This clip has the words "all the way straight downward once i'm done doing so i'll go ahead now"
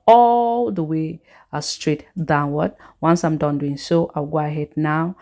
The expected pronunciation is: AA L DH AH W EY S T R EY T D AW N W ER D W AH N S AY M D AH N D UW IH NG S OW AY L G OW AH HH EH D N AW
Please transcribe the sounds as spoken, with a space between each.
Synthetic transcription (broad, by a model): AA L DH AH W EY S T R EY T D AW N W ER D W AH N S AY M D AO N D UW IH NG S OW AY W G OW AH HH EH D N AW